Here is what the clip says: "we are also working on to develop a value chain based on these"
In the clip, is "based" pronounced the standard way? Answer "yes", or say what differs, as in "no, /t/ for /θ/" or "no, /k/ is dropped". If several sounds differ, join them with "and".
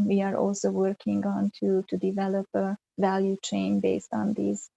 yes